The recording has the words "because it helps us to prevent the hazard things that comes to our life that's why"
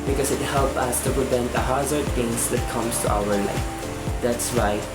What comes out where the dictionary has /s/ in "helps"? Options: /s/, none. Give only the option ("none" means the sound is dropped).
none